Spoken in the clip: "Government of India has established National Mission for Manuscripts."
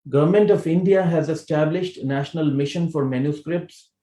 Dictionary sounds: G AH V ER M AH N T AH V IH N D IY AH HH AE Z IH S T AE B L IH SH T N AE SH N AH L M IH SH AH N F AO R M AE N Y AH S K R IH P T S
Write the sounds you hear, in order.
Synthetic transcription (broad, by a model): G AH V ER M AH N T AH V IH N D IY AH HH AE Z IH S T AE B L IH SH T N AE SH N AH L M IH SH AH N F AO R M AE N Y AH S K R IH P T S